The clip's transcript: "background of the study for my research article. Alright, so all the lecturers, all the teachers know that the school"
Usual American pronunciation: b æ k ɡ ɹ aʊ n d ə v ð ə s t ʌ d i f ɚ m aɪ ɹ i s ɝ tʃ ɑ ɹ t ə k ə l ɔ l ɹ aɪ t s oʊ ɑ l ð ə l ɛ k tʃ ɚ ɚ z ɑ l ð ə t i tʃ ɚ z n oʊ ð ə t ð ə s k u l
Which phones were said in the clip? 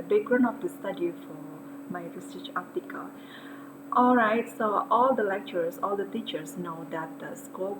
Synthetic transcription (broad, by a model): b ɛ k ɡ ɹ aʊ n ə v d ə s t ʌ d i f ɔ m aɪ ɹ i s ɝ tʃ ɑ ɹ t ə k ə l ɔ l ɹ aɪ t s oʊ ɑ l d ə l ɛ k tʃ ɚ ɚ s ɑ l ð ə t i tʃ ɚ s n oʊ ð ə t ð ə s k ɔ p